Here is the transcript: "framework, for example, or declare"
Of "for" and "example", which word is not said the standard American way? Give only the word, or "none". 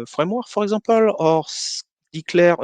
example